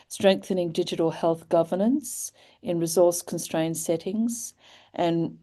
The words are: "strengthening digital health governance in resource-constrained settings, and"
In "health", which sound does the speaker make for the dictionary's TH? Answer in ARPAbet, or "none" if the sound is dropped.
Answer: TH